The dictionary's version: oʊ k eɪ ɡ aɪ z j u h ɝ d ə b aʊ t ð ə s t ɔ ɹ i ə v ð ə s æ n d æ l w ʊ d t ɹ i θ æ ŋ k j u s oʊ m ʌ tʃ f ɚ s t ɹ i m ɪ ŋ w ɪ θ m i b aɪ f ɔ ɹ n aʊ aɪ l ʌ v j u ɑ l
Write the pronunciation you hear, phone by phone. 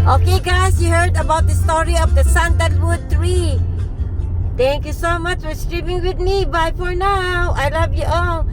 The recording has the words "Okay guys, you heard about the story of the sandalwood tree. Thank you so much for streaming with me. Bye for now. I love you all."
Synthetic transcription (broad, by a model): oʊ k eɪ ɡ aɪ s j u h ɝ d ə b aʊ t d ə s t ɔ ɹ i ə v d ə s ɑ n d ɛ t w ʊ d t ɹ i t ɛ ŋ k j u s oʊ m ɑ tʃ f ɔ s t ɹ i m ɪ ŋ w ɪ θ m i b aɪ f ɔ ɹ n aʊ aɪ l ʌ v j u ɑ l